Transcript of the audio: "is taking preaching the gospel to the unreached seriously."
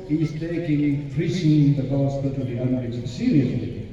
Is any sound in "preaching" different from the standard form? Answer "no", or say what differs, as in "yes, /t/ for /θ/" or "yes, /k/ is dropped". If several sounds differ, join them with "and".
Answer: yes, /s/ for /tʃ/